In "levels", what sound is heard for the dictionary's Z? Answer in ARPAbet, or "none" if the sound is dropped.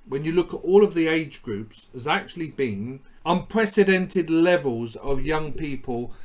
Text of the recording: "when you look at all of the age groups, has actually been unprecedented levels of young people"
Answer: Z